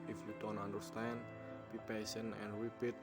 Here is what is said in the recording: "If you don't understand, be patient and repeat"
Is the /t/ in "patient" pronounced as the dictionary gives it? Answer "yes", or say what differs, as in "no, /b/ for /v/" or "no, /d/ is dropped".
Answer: no, /t/ is dropped